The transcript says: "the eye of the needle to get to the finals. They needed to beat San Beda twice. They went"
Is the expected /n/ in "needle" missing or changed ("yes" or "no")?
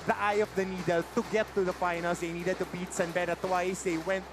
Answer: no